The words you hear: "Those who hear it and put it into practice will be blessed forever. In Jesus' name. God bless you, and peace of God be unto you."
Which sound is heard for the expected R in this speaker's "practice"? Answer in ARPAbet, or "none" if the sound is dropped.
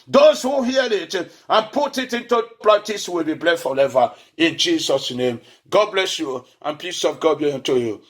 L